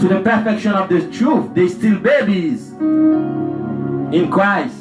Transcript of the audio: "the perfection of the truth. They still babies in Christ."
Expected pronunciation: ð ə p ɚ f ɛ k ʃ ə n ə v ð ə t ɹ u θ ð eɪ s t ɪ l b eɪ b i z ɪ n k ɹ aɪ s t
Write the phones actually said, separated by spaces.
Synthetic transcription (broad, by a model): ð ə p ɚ f ɛ k ʃ ə n ə v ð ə t ɹ u θ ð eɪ s t ɪ l b eɪ b i z ɪ n k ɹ aɪ s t